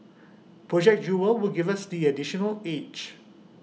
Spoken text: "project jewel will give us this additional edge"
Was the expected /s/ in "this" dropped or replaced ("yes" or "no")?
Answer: yes